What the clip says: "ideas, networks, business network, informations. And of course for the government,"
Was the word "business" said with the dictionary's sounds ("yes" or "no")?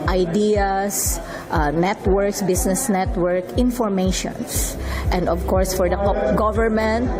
no